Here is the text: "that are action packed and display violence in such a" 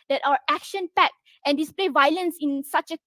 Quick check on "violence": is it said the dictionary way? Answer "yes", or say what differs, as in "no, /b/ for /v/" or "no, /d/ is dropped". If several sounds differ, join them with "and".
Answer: yes